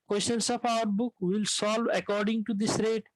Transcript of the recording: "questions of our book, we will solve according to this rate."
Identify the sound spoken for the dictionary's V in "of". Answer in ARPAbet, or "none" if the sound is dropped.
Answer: P